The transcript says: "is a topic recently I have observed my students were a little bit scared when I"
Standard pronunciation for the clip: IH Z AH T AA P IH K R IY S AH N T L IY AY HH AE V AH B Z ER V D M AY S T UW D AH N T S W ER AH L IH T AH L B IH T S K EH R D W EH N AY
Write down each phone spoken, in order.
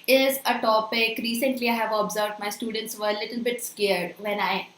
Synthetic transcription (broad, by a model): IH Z AH T AA P IH K R IY S AH N T L IY AY HH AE V AH B Z ER V D M AY S T UW D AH N T S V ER AH L IH T AH L B IH T S K EH R D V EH N AY